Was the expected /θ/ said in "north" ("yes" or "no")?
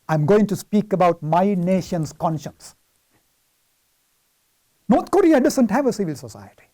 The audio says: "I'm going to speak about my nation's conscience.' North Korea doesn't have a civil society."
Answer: no